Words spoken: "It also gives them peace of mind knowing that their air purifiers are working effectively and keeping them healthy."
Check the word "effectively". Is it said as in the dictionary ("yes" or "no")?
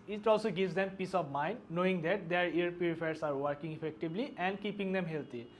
no